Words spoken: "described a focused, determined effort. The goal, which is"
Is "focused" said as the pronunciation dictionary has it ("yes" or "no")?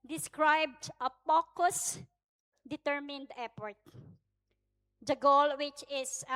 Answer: no